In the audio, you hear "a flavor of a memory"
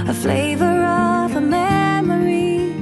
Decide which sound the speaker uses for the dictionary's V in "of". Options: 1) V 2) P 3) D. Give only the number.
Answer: 1